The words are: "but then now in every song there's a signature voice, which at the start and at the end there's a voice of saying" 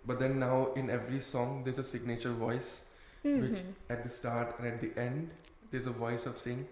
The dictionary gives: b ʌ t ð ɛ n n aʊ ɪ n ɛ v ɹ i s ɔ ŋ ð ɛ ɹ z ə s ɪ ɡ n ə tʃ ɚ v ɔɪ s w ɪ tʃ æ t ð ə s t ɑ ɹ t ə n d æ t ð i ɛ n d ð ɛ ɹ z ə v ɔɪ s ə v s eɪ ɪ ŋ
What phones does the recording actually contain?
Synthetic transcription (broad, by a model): b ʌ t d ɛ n n aʊ ɪ n ɛ v ɹ i s ɔ ŋ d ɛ ɹ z ə s ɪ ɡ n ə tʃ ɚ v ɔɪ s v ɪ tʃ æ t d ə s t ɑ ɹ t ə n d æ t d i ɛ n d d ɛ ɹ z ə v ɔɪ s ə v s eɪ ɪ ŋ